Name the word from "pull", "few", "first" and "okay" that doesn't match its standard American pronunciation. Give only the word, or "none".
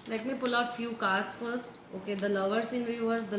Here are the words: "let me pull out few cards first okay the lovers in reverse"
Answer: none